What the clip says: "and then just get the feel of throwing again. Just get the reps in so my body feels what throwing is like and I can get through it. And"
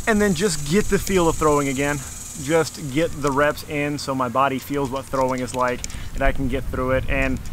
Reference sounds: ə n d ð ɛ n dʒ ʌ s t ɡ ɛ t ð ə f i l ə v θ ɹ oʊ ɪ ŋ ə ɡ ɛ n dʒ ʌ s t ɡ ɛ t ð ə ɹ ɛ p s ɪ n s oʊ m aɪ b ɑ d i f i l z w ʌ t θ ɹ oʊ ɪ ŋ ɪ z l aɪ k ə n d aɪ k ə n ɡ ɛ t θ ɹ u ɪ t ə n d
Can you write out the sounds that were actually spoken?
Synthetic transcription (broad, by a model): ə n ð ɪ n dʒ ʌ s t ɡ ɛ t ð ə f i l ə v θ ɹ oʊ ɪ ŋ ə ɡ ɛ n dʒ ʌ s t ɡ ɛ t ð ə ɹ ɛ p s ɪ n s oʊ m aɪ b ɑ d i f i l z w ʌ t θ ɹ oʊ ɪ ŋ ɪ z l aɪ k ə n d aɪ k n ɡ ɛ t θ ɹ u ɪ t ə n